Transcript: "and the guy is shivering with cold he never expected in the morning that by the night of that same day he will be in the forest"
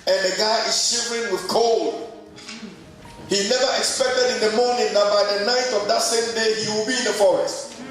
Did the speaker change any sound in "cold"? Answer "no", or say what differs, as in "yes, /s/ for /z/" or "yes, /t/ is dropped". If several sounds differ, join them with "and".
no